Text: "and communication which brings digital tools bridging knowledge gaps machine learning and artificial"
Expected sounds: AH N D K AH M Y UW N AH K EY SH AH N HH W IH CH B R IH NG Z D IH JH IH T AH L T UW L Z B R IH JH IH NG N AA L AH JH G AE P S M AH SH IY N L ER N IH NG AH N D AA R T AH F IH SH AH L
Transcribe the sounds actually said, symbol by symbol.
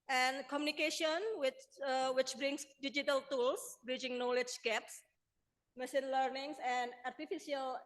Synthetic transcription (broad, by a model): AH N K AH M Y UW N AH K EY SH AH N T W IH CH B R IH NG S D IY JH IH T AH L T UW L S B R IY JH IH NG N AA L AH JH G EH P S M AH S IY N L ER N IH NG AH N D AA R T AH F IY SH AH L